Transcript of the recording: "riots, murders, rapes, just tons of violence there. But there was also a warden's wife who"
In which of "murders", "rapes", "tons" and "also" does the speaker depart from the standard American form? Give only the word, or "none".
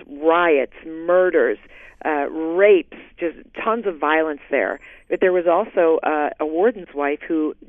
none